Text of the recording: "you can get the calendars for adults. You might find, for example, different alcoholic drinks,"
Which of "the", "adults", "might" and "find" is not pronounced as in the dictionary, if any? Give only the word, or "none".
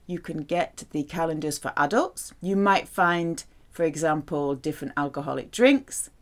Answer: none